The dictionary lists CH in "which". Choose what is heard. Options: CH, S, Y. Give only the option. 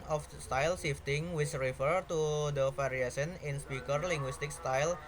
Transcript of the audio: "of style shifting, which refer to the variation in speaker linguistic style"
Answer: S